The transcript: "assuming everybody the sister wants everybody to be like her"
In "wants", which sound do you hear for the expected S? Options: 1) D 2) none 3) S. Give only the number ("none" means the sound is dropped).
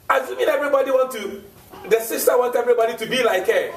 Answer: 2